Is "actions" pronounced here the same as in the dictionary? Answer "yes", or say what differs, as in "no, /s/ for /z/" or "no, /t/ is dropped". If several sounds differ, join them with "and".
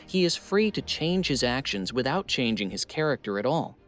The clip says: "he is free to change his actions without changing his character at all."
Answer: yes